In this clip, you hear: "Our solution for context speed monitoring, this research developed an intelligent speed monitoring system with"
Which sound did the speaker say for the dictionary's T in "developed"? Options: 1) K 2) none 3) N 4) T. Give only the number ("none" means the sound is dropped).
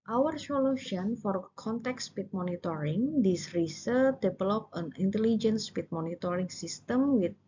2